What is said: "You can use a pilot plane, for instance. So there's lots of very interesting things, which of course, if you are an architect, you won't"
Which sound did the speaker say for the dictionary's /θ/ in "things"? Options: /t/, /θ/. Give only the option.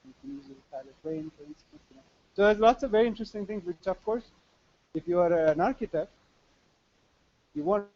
/t/